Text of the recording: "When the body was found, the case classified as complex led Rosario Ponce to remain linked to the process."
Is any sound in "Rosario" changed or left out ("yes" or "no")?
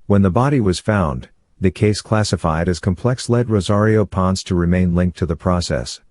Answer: no